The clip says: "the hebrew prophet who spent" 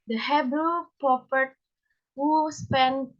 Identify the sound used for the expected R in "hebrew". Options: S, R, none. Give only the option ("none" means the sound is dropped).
none